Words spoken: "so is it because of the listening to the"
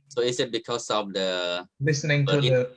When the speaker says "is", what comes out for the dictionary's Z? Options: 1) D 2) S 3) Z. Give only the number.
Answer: 2